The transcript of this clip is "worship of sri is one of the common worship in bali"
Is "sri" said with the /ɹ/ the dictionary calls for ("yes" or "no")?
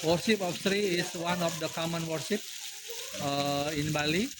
yes